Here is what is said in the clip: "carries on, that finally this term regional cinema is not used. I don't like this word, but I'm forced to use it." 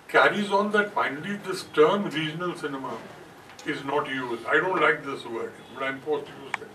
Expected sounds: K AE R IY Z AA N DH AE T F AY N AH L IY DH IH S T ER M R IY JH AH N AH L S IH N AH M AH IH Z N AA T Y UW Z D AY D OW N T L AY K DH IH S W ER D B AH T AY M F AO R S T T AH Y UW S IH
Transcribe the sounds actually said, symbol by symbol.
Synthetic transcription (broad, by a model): K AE R IY Z AA N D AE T F AY N AH L IY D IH S T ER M R IY JH AH N AH L S IH N AH M AH IH Z N AA T Y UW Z AY D OW N T L AY K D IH S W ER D B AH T AY M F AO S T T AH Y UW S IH